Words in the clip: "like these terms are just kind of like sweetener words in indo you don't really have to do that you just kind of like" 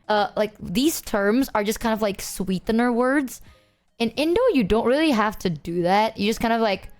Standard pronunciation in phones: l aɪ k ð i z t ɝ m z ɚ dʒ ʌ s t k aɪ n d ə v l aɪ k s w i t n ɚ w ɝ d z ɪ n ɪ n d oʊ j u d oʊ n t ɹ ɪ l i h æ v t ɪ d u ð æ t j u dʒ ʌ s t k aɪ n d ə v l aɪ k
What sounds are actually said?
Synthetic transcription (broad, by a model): l aɪ k ð i z t ɝ m z ɚ dʒ ʌ s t k aɪ n d ə v l aɪ k s w i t n ɚ w ɝ d z ɪ n ɪ n d oʊ j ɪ d oʊ n t ɹ ɪ l i h æ f t ɪ d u ð æ t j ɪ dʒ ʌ s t k aɪ n d ə v l aɪ k